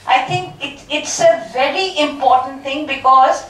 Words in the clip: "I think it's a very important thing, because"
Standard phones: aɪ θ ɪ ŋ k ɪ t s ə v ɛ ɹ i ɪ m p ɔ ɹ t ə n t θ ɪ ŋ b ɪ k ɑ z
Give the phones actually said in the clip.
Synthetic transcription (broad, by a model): aɪ t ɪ ŋ k ɪ t s ə v ɛ ɹ i ɪ m p ɔ ɹ t ə n t t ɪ ŋ b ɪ k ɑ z